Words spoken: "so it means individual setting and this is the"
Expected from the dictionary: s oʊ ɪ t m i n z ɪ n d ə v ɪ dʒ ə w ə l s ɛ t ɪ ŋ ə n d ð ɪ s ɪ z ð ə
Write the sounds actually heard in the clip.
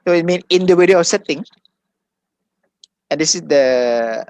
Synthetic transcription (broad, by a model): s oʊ ɪ t m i n ɪ n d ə w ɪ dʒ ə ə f s ɛ t ɪ ŋ ə n d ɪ s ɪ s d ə